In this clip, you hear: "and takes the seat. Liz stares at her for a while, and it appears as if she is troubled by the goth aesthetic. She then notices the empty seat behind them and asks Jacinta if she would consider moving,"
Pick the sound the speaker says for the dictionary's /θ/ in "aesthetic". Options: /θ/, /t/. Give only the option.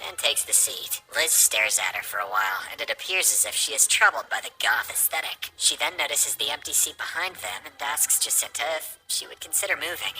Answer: /θ/